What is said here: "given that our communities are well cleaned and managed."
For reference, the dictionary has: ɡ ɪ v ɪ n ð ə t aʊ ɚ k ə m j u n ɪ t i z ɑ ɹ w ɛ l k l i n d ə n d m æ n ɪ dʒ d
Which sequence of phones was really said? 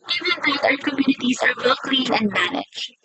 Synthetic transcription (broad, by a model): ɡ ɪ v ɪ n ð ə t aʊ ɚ k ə m j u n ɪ t i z ɑ ɹ w ɛ l k l i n ə n d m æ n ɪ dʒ